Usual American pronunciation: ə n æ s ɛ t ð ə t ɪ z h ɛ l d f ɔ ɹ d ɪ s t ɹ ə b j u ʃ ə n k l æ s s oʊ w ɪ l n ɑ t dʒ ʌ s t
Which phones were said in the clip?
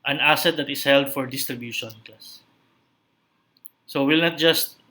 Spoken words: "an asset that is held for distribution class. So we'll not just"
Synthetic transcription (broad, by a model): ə n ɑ s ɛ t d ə t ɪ s h ɛ l d f ɔ ɹ d ɪ s t ɹ ə b j u ʃ ə n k ɑ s s oʊ w ɪ l n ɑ t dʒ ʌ s t